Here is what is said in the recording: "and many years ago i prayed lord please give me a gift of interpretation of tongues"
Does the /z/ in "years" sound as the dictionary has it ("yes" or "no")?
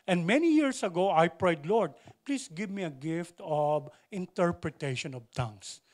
no